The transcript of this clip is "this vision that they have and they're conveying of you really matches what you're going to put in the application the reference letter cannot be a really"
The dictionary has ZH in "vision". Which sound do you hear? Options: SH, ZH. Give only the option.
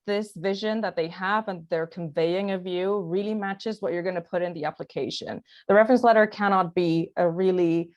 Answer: ZH